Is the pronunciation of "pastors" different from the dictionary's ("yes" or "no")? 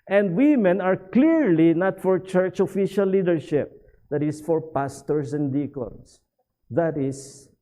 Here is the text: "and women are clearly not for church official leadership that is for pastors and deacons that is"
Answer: yes